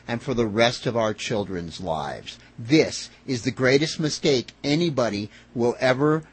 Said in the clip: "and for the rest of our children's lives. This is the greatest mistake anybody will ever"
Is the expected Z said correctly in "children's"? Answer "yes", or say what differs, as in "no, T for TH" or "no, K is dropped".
yes